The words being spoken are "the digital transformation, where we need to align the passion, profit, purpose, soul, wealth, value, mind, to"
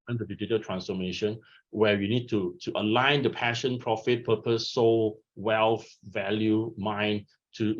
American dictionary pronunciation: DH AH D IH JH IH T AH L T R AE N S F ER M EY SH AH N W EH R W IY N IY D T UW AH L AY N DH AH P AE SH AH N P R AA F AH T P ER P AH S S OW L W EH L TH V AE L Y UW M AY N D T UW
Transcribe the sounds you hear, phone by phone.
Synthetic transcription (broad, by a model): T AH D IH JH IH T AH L T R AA N S F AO M EY SH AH N W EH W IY N IY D T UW AH L AY N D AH P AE SH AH N P R AA F AH T P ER P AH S S OW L W EH L F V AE L Y UW M AY N T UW